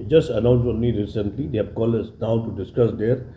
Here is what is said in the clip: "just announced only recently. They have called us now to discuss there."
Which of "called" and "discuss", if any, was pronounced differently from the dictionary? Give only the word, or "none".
called